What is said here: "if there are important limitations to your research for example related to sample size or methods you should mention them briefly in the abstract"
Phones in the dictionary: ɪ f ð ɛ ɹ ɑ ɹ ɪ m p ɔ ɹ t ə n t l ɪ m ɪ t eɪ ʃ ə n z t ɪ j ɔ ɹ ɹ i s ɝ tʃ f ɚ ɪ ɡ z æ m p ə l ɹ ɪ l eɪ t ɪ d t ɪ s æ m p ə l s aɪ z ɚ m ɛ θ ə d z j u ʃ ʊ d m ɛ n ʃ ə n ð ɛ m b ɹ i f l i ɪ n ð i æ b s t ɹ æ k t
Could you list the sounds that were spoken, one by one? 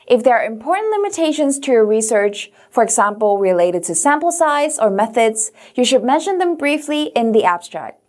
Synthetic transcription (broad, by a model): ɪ f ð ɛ ɹ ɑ ɹ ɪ m p ɔ ɹ t n t l ɪ m ɪ t eɪ ʃ ə n z t ɪ j ɔ ɹ ɹ i s ɝ tʃ f ɚ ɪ ɡ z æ m p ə l ɹ ɪ l eɪ t ɪ d t ɪ s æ m p l s aɪ z ɚ m ɛ θ ə d z j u ʃ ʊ d m ɛ n ʃ ə n ð ɛ m b ɹ i f l i ɪ n ð i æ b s t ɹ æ k t